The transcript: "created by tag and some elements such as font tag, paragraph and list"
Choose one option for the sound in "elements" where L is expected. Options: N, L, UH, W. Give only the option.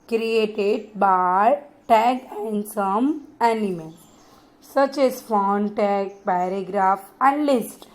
N